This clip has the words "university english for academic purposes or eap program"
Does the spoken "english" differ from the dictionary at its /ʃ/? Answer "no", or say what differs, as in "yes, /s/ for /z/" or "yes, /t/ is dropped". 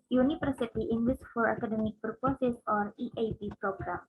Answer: yes, /s/ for /ʃ/